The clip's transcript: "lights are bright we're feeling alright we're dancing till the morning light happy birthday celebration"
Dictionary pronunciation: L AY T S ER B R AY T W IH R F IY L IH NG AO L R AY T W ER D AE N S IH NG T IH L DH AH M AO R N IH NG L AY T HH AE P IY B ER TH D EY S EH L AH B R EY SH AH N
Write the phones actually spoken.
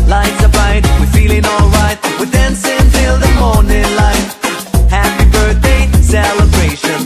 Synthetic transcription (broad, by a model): L AY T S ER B AY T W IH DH F IY L IH NG AO L R AY T W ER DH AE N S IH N T IH L DH AH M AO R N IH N L AY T HH AE P IY B ER TH D EY S EH L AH B R EY SH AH N